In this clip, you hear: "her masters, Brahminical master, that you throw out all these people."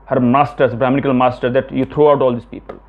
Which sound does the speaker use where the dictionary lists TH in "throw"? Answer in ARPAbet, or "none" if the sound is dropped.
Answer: T